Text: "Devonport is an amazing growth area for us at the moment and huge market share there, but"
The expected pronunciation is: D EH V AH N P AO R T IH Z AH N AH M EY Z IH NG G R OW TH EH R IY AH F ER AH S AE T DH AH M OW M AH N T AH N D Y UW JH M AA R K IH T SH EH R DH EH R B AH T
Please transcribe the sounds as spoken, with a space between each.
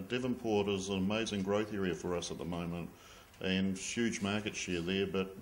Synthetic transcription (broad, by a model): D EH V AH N P AO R T IH Z AH N AH M EY Z IH NG G R OW TH EH R IY AH F ER AH S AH T DH AH M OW M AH N T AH N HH Y UW JH M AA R K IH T SH EH R DH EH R B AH T